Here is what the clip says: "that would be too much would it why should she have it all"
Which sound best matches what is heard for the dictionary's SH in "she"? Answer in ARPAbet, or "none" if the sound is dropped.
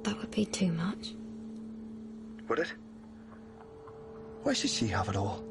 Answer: SH